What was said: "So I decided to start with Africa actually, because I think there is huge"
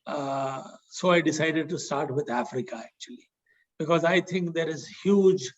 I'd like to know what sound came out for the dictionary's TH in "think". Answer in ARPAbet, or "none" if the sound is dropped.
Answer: T